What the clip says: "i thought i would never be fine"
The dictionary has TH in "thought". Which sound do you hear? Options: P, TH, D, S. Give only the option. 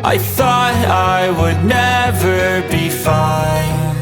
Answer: TH